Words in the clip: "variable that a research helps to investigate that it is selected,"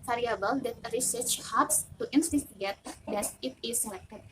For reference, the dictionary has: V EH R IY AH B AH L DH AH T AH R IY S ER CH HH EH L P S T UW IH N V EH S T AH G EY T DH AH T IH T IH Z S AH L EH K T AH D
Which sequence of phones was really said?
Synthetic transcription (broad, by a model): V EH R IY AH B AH L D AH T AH R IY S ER CH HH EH P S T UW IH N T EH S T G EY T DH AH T IH T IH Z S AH L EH K T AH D